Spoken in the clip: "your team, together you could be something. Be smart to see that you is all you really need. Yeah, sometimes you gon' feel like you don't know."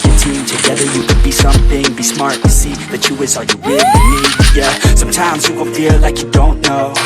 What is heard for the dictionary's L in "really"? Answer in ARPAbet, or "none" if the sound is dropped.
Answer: none